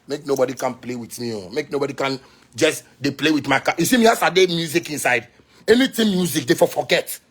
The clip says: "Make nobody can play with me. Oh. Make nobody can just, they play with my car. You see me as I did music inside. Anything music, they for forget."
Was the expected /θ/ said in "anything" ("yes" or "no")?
no